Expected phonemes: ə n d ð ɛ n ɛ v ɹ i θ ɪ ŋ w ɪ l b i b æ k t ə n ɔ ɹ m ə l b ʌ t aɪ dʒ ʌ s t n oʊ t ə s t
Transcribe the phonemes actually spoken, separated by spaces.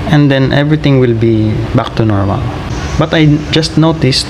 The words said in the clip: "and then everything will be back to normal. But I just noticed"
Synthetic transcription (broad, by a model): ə n d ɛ n ɛ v ɹ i t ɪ ŋ w ɪ l b i b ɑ k t ə n ɔ ɹ m ə l b ʌ t aɪ dʒ ʌ s t n oʊ t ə s t